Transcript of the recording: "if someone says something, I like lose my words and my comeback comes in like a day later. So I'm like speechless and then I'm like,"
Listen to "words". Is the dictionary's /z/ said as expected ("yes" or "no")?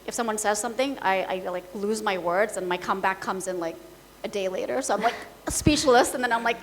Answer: yes